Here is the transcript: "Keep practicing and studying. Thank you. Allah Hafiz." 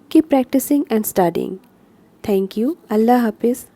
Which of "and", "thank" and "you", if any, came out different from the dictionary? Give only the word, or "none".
thank